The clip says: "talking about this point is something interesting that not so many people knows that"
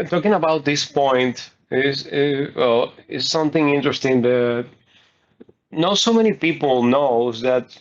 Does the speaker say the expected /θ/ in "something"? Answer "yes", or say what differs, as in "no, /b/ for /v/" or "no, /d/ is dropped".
yes